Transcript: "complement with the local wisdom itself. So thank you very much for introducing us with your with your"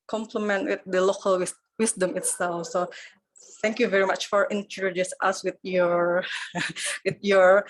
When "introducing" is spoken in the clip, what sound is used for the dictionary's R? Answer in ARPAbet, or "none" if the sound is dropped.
none